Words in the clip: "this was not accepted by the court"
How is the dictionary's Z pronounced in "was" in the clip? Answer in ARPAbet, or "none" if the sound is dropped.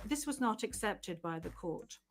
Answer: Z